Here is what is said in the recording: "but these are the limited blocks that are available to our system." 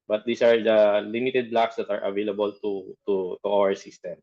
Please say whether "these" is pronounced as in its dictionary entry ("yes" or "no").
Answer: no